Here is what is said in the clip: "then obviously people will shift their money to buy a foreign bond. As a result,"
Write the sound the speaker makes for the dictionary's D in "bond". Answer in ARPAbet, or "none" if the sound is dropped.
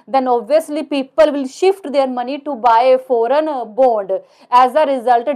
D